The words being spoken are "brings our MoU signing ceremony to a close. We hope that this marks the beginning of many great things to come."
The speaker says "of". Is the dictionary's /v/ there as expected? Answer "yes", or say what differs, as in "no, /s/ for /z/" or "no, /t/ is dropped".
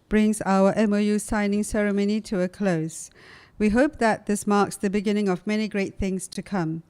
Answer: yes